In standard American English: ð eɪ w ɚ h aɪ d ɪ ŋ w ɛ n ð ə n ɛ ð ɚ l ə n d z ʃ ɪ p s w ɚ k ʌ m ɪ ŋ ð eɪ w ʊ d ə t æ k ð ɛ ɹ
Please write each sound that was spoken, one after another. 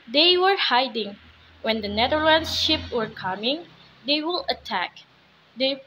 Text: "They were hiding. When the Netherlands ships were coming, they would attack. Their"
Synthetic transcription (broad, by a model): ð eɪ w ɚ h aɪ d ɪ ŋ w ɛ n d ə n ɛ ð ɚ l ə n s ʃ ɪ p w ɚ k ʌ m ɪ ŋ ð eɪ w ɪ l ə t æ k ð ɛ